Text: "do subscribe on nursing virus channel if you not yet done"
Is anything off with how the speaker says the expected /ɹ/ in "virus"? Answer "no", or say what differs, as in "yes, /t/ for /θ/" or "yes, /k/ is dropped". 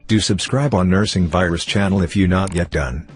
no